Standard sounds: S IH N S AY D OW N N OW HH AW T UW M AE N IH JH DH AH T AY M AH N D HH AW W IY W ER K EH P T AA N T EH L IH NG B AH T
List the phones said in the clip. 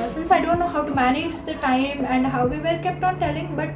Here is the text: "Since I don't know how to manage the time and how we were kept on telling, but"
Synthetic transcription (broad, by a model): S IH N S AY D OW N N OW HH AW T UW M AE N IH JH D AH T AY M AH N D HH AW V IY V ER K EH P T AA N T EH L IH NG B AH T